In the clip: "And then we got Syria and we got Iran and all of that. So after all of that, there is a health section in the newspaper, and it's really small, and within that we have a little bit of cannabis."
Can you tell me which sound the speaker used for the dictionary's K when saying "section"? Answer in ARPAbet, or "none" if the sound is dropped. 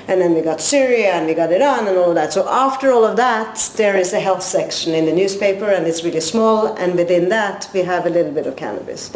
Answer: K